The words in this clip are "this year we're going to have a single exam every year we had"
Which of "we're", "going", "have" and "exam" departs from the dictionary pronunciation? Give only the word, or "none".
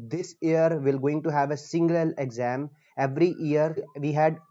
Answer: we're